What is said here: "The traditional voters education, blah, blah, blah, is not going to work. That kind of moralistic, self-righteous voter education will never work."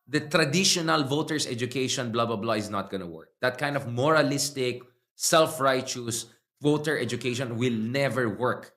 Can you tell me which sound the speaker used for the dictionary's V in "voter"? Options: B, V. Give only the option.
V